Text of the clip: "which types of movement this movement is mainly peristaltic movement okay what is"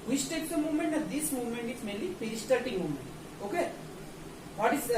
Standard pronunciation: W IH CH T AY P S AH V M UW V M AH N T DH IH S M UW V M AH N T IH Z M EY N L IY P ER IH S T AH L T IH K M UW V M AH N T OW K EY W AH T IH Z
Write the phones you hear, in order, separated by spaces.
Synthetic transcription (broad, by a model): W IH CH T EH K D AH M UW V M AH N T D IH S M UW V M AH N T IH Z M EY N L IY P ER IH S T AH T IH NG M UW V M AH N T OW K EY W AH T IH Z